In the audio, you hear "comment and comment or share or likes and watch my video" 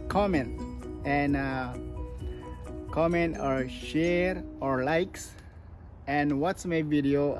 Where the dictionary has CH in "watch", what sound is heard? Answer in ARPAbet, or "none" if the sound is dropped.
S